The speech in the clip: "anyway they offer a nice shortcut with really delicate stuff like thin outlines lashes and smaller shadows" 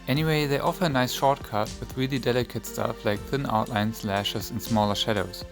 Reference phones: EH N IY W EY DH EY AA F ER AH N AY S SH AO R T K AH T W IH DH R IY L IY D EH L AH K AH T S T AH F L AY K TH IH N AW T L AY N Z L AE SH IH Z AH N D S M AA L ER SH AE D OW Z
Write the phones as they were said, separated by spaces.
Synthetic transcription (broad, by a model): EH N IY W EY DH EY AA F ER AH N AY S SH AO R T K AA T W IH DH R IY L IY D EH L AH K AH T S T AH F L AY K TH IH N AW T L AY N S L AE SH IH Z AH N S M AA L ER SH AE D OW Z